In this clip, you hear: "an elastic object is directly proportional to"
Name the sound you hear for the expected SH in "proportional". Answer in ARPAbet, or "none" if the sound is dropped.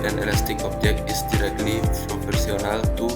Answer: S